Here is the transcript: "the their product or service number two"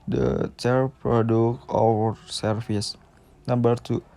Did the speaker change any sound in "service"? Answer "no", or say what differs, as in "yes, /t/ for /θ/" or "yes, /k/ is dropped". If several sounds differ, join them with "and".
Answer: yes, /f/ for /v/